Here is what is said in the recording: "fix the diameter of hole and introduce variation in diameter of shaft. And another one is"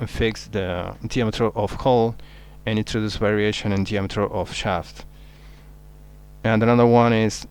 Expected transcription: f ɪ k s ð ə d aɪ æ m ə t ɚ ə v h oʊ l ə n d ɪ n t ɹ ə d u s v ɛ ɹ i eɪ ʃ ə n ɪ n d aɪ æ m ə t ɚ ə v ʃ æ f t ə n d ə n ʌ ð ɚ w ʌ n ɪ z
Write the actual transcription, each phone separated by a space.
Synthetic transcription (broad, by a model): f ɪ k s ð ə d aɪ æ m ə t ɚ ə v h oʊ l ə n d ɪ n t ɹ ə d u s v ɛ ɹ i eɪ ʃ ə n ɪ n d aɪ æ m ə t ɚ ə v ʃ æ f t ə n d ə n ʌ ð ɚ w ʌ n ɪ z